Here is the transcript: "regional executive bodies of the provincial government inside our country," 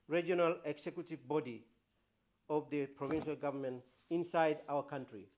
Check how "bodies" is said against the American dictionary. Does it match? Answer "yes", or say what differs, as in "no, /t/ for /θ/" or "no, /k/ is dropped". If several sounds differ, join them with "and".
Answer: no, /z/ is dropped